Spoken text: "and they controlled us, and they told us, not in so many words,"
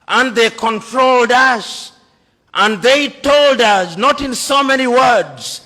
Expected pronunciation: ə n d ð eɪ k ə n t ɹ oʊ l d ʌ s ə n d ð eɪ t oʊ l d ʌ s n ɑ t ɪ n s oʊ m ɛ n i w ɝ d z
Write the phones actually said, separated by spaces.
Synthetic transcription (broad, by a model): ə n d ð eɪ k ə n t ɹ oʊ l d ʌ s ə n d ð eɪ t oʊ l d ʌ s n ɑ t ɪ n s oʊ m ɛ n i w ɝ d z